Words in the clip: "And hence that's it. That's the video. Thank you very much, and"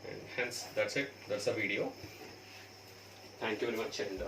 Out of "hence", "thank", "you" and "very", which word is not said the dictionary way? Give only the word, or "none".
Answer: thank